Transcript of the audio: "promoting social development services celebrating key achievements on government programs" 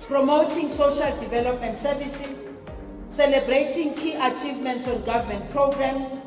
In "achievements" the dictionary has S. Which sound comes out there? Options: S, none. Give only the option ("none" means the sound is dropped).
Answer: S